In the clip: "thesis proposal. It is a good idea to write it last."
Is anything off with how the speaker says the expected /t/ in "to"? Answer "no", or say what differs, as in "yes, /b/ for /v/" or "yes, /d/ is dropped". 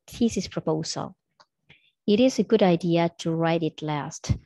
no